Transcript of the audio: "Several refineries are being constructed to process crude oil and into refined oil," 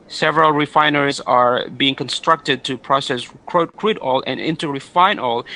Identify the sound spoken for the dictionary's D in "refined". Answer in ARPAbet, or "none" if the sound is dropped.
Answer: none